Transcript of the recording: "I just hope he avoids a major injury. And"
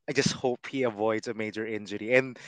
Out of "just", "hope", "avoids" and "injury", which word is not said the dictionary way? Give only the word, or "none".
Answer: none